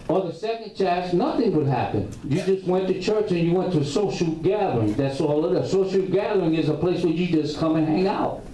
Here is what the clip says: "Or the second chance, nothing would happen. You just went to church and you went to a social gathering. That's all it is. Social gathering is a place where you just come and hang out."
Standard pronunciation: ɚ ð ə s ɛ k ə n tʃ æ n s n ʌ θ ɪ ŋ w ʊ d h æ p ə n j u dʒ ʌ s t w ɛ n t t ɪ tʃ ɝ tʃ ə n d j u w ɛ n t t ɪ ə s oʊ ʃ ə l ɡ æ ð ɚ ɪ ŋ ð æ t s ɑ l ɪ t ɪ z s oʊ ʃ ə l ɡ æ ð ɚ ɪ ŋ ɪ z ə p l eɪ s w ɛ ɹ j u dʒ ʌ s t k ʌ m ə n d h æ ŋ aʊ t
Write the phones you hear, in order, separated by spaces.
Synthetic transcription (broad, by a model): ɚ ð ə s ɛ k ə n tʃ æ s n ʌ θ ɪ ŋ w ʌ d h æ p ə n j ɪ dʒ ʌ s t w ɛ n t t ɪ tʃ ɝ tʃ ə n j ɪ w ɛ n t t ɪ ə s oʊ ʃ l ɡ æ ð ɚ ɪ ŋ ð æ t s ɑ l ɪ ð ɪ s oʊ ə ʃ ɡ æ ð ɚ ɪ ŋ ɪ z ə p l eɪ s w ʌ ɹ j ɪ dʒ ʌ s k ʌ m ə n h æ ŋ aʊ t